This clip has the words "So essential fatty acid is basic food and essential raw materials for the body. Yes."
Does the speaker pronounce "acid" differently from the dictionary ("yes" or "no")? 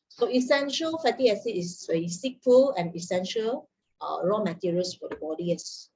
yes